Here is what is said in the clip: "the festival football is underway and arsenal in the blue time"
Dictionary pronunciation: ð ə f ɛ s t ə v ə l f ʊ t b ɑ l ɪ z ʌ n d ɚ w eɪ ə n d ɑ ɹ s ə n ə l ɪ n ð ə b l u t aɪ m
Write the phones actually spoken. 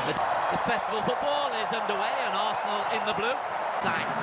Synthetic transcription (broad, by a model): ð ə f ɛ s t ə v ə l f ʊ t b ɑ l ɪ z ʌ n d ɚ w eɪ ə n ɑ s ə n ə l ɪ n ð ə b l u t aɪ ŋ